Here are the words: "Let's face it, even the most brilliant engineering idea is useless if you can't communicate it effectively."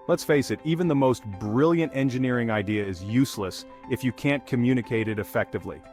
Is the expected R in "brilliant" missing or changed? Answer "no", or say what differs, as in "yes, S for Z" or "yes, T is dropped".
no